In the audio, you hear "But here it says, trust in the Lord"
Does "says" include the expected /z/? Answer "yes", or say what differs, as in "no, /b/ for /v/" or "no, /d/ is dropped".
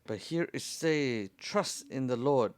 no, /z/ is dropped